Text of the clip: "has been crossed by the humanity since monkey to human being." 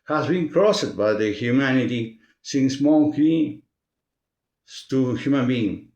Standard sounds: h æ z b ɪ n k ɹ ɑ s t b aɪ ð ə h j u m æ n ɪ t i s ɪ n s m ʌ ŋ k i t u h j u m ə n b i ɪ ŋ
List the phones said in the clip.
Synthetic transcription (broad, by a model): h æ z b ɪ n k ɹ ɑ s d b aɪ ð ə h j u m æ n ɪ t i s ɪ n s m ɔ k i t u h j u m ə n b i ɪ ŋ